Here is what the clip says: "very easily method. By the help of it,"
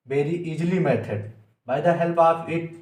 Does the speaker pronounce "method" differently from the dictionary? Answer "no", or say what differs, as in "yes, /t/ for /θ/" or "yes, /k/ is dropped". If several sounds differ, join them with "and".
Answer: yes, /t/ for /θ/